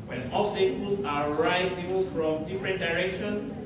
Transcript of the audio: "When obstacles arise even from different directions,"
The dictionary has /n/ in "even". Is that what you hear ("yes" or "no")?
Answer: no